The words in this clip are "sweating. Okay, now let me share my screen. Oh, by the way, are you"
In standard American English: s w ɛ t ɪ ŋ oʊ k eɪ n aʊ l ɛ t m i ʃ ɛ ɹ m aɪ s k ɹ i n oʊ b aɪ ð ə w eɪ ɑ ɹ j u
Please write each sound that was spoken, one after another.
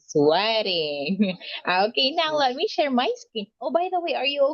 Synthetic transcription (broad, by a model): s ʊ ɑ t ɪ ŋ oʊ k eɪ n aʊ l ɛ t m i ʃ ɛ ɹ m aɪ s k i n oʊ b aɪ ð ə w eɪ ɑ ɹ j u